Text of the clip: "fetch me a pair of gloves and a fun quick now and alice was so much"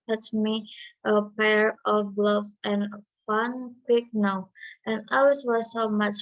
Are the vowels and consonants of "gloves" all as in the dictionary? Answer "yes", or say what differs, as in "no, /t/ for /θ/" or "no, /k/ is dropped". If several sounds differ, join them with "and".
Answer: no, /z/ is dropped